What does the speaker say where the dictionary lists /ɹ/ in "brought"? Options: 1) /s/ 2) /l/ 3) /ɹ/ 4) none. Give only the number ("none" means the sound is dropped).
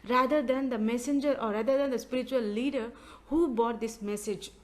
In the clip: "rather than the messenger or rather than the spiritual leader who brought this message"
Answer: 4